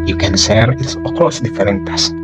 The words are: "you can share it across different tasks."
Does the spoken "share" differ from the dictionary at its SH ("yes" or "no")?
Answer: yes